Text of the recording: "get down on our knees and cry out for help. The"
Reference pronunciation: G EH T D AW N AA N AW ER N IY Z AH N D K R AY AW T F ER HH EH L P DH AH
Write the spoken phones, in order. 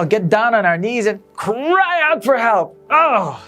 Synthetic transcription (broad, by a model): G EH T D AW N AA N AW ER N IY Z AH N K R AY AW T F ER HH EH L P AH